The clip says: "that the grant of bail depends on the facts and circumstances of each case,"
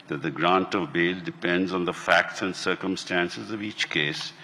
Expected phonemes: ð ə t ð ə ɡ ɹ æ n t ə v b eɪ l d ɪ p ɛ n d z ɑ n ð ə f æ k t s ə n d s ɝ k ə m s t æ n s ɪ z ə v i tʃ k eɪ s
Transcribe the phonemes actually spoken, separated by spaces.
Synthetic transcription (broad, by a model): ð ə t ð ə ɡ ɹ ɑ n t ə v b eɪ l d ɪ p ɛ n d z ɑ n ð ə f æ k t s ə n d s ɝ k ə m s t æ n s ɪ z ə v i tʃ k eɪ s